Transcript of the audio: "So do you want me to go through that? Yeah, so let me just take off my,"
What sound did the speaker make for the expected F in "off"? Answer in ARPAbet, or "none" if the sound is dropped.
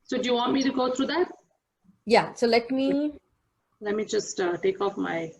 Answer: F